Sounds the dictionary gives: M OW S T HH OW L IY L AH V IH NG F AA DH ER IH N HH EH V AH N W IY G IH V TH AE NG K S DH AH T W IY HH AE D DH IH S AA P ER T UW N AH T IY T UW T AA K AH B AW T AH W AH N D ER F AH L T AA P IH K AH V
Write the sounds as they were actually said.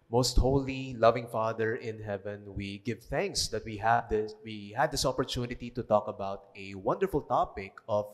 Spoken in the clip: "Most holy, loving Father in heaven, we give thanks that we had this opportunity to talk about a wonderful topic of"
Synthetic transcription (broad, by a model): M OW S T HH OW L IY L AH V IH NG F AA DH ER IH N HH EH V AH N W IY G IH V TH AE NG K S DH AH T W IY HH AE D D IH S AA P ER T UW N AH T IY T UW T AA K AH B AW T AH W AH N D ER F AH L T AA P IH K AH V